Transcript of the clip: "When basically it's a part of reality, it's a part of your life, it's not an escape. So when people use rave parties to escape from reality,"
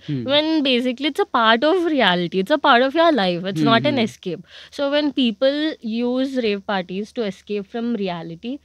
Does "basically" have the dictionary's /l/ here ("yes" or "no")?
yes